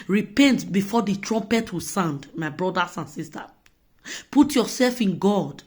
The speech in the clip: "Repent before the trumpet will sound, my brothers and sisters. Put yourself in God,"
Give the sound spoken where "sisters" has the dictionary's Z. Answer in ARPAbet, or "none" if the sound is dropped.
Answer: none